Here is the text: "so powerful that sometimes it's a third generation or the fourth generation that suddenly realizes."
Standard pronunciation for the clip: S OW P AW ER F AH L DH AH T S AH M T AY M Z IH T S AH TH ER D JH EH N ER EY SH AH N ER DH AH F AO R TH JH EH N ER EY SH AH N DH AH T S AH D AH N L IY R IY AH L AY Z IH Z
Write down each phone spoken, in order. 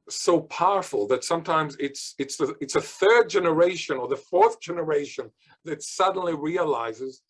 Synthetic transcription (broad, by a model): S OW P AW ER F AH L DH AH T S AH M T AY M Z IH T S AH TH ER D JH EH N ER EY SH AH N ER DH AH F AO R TH JH EH N ER EY SH AH N DH AH T S AH D N L IY R IY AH L AY Z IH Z